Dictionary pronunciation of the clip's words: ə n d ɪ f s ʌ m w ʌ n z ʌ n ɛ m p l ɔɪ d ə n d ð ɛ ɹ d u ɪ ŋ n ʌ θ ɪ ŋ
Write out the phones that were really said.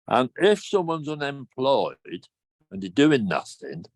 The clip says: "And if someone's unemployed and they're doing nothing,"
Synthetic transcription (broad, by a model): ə n ɪ f s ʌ m w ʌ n z ʌ n ɛ m p l ɔɪ d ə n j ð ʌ d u ɪ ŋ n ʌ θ ɪ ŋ